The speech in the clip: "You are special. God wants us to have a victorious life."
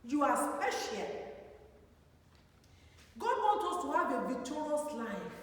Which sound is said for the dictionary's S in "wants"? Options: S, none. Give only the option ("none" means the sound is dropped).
none